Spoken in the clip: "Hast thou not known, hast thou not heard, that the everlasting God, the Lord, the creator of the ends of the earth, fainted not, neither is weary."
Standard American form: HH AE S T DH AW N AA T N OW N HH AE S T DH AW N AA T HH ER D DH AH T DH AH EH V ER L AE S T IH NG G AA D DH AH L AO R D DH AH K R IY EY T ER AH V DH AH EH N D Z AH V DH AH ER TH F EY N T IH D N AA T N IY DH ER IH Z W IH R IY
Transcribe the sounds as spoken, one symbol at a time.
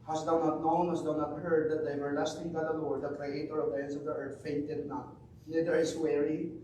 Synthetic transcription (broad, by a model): HH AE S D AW N AA T N OW N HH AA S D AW N AA T HH ER D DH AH T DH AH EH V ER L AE S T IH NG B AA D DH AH L AO R D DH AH K R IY EY T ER AH V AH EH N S AH V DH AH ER T F EY N T IH D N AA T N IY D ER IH S W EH R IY